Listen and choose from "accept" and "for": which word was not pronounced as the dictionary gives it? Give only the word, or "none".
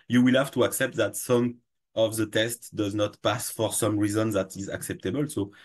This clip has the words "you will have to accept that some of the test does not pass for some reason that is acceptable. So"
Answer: none